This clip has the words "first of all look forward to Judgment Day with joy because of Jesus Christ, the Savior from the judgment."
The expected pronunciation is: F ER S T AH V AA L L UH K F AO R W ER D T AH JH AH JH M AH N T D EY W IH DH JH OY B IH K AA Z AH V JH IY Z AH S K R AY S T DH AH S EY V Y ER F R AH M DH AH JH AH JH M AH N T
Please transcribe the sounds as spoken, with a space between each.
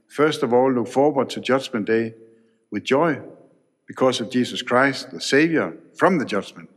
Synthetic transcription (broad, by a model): F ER S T AH V AA L L UH K F AO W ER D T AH JH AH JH M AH N D EY W IH DH JH OY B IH K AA S AH V JH IY S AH S K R AY S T DH AH S EY V Y ER F R AH M DH AH JH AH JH M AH N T